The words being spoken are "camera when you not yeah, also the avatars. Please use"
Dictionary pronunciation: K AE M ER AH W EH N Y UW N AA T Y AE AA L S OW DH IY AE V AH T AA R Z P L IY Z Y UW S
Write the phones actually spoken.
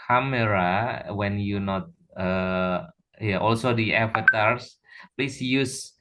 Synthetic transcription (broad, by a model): K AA M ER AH W EH N Y UW N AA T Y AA AA L S OW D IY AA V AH T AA R S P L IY S Y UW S